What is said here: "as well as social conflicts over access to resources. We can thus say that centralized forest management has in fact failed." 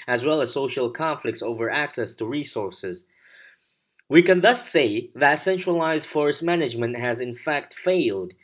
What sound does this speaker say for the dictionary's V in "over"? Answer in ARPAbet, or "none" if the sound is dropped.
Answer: V